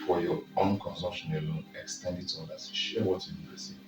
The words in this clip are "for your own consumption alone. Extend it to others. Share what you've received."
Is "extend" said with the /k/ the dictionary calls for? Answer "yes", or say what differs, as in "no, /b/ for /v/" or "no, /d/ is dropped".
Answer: yes